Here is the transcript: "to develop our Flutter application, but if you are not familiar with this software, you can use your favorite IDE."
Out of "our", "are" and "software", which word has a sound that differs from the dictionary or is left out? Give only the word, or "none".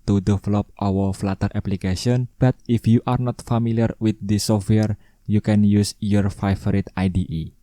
our